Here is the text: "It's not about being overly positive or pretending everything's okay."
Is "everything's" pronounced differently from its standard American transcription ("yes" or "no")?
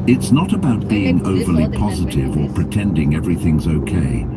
no